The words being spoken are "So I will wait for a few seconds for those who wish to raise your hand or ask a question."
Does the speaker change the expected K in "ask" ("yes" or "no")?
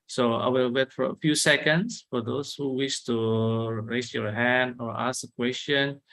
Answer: yes